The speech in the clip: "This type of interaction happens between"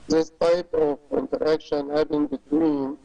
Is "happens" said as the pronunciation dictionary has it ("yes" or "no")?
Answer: no